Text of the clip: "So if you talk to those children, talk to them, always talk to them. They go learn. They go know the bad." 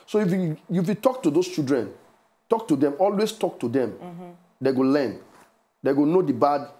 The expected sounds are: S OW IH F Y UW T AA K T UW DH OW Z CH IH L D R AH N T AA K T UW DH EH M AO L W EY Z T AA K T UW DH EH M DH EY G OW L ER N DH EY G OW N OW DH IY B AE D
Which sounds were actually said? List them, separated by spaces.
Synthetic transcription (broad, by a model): S OW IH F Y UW T AA K T UW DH OW S CH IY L D R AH N T AA K T UW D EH M AO L W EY S T AA K T UW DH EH M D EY G OW L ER N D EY G OW N OW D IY B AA D